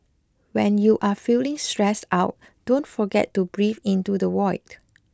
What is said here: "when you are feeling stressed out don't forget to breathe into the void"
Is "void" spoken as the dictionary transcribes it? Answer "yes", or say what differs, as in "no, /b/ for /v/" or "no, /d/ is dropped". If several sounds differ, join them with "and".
no, /w/ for /v/